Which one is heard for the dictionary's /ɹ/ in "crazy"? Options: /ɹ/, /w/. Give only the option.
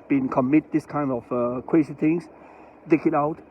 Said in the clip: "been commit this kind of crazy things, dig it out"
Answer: /w/